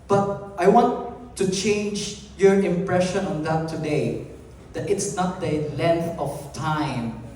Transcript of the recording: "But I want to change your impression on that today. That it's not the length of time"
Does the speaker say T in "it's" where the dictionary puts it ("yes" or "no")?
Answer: yes